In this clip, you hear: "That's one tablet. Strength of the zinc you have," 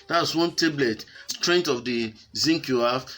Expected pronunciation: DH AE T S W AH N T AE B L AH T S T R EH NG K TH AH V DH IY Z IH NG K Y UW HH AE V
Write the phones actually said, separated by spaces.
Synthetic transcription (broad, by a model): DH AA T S W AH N T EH B L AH T S T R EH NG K T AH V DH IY Z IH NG K Y UW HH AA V